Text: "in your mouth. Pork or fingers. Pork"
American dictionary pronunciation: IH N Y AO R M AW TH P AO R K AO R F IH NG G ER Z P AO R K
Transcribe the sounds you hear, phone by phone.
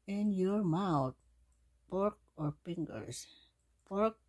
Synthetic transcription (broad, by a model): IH N Y AO R M AW T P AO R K AO R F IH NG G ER S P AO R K